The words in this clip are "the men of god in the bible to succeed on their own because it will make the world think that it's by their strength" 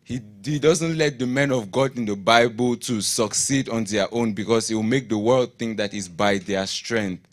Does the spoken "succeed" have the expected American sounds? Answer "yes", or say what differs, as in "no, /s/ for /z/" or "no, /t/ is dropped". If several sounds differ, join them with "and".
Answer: yes